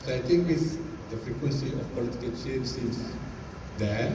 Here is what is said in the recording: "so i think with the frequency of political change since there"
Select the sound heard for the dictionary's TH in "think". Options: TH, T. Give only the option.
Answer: T